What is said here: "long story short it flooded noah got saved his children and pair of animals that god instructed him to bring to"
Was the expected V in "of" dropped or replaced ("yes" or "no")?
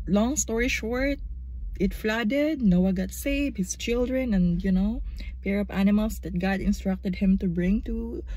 yes